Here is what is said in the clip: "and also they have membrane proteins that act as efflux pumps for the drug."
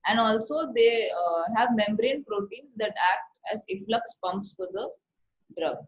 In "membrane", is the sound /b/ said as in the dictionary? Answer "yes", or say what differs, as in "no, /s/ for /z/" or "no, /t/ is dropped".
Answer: yes